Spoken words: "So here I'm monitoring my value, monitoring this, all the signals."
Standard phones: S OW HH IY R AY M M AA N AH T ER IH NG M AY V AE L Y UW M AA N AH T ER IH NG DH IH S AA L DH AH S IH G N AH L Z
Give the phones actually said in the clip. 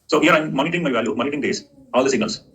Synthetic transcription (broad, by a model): S OW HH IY R AY M M AA N AH T ER IH NG M AY V AE L Y UW M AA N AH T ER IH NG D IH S AA L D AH S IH G N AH L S